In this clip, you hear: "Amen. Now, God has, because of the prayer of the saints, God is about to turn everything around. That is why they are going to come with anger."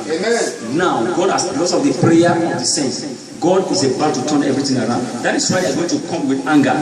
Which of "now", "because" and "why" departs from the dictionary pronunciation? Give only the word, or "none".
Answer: because